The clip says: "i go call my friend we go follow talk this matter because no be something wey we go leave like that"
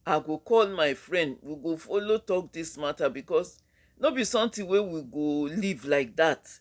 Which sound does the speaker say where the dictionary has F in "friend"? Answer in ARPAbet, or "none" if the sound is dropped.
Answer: F